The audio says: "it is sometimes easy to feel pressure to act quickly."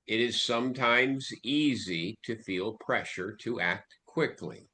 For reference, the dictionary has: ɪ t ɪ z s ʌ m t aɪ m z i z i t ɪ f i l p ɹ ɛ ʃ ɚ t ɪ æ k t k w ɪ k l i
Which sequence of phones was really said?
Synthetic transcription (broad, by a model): ɪ t ɪ z s ʌ m t aɪ m z i z i t ɪ f i l p ɹ ɛ ʃ ɚ t ɪ æ k t k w ɪ k l i